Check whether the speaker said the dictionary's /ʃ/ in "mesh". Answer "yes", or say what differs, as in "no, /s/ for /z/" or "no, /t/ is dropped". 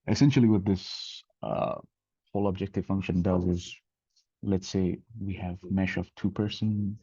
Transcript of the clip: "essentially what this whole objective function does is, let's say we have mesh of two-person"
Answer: yes